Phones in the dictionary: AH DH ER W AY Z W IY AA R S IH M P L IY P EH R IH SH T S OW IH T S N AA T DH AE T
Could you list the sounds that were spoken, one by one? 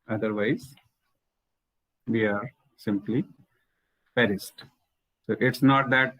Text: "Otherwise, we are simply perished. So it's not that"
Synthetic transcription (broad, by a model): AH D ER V AY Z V IY AA R S IH M P L IY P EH R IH S T S OW IH T S N AA T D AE T